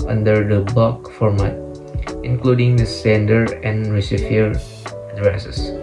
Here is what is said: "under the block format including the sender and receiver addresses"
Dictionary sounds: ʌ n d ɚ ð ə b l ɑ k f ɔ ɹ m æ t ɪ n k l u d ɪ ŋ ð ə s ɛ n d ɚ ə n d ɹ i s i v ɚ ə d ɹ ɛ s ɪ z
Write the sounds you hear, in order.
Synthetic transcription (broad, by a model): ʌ n d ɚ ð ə b ɑ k f ɔ ɹ m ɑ t ɪ n k l u d ɪ ŋ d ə s ɛ n d ɚ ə n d ɹ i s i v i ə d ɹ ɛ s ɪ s